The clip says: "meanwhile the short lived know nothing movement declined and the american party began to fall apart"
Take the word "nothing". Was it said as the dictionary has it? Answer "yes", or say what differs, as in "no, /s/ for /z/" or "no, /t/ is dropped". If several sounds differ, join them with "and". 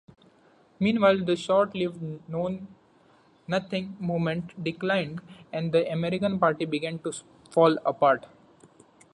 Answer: no, /t/ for /θ/